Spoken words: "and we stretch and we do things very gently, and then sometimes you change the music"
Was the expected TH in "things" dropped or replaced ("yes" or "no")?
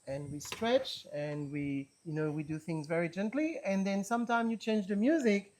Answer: no